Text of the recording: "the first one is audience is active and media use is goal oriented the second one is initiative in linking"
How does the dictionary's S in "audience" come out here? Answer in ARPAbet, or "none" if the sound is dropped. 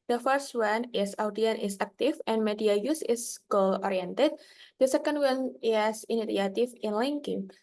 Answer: none